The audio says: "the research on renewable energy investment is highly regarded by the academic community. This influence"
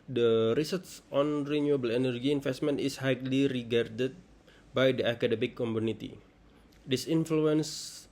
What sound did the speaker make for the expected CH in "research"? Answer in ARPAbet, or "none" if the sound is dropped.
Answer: S